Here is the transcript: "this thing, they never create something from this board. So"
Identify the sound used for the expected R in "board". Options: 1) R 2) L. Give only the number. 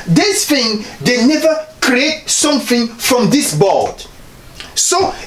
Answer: 2